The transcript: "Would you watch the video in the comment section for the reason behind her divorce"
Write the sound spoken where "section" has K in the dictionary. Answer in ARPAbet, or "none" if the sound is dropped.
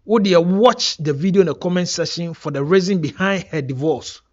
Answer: none